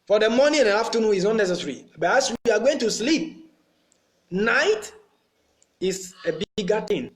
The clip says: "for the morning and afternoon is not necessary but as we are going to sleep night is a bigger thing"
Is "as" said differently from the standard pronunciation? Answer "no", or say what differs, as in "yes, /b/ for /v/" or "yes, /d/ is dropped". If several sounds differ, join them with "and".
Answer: yes, /s/ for /z/